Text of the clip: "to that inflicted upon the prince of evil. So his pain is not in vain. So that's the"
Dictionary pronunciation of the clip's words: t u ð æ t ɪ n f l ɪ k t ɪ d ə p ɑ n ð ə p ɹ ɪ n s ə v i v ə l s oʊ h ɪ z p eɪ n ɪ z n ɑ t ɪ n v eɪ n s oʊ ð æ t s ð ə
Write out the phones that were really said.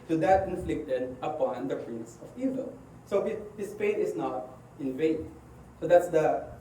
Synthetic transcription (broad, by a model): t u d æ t ɪ n f l ɪ k t ɪ d ə p ɑ n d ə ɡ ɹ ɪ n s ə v i v ə l s oʊ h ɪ s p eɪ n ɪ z n ɑ t ɪ n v eɪ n s oʊ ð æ t s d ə